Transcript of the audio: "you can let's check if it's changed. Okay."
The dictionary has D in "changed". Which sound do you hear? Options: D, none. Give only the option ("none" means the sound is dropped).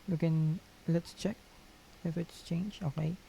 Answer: none